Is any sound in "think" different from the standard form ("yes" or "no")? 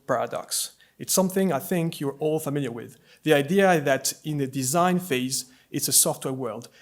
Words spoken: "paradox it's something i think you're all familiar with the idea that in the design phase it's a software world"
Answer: no